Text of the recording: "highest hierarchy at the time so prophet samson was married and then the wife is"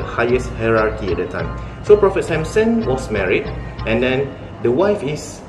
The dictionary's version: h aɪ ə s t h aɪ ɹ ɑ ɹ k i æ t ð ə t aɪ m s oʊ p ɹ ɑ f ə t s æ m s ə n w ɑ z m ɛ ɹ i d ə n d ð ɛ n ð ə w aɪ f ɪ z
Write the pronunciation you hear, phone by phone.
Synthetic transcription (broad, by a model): h aɪ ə s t h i ɹ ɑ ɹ k i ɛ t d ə t aɪ m s oʊ p ɹ ɑ f ə t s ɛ m s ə n w ɑ s m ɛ ɹ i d ə n d ɛ n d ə w aɪ f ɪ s